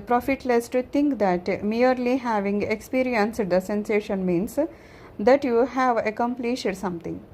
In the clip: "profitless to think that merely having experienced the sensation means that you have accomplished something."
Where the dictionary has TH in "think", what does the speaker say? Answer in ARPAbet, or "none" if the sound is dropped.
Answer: T